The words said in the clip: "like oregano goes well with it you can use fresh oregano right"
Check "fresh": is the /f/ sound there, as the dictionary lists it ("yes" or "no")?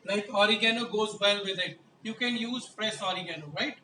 no